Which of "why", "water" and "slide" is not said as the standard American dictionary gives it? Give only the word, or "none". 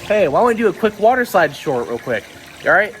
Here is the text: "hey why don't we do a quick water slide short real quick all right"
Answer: slide